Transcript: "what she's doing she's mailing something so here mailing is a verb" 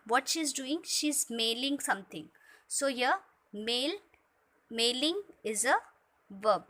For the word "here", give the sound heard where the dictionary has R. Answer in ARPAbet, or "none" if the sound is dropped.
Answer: L